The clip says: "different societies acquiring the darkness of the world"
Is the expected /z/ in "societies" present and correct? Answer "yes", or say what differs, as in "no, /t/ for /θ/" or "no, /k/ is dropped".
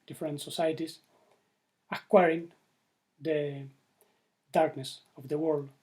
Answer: no, /s/ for /z/